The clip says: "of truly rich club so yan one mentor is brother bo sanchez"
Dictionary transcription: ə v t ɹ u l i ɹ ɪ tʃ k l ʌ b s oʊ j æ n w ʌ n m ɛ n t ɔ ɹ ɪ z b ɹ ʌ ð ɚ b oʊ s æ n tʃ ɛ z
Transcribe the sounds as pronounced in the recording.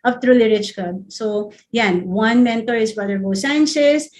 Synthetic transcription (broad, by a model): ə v t ɹ u l i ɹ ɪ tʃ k ʌ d s oʊ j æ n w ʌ n m ɛ n t ɔ ɹ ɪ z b ʌ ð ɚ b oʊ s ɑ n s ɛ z